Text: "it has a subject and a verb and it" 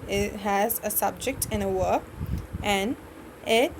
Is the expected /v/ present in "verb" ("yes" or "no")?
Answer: no